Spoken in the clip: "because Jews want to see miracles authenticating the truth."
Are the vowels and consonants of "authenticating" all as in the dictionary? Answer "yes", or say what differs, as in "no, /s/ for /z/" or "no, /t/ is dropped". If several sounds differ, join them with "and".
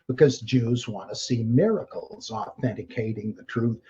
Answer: yes